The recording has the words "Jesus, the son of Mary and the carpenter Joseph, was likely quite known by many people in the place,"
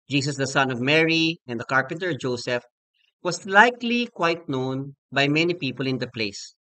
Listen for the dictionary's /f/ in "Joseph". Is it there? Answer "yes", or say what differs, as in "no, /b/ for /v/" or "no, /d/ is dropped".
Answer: yes